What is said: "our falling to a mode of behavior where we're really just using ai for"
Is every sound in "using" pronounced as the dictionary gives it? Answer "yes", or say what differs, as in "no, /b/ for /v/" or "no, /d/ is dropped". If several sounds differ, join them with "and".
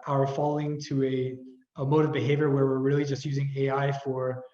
yes